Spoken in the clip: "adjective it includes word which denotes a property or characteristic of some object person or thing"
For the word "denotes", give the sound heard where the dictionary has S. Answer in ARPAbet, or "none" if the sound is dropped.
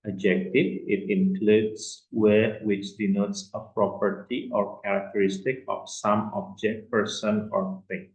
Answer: S